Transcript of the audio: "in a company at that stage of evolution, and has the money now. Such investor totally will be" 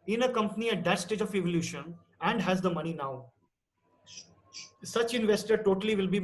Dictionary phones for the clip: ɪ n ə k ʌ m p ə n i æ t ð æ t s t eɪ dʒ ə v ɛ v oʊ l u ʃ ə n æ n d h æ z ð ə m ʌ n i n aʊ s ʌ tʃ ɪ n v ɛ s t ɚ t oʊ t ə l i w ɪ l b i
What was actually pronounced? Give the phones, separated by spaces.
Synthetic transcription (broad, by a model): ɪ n ə k ʌ m p ə n i æ t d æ t s t eɪ dʒ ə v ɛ v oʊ l u ʃ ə n æ n d h æ z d ə m ʌ n i n aʊ s ʌ tʃ ɪ n v ɛ s t ɚ t oʊ t ə l i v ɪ l b i